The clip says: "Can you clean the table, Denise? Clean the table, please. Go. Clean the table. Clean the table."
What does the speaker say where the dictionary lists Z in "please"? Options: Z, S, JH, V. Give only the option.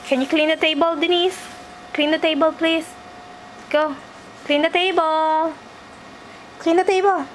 S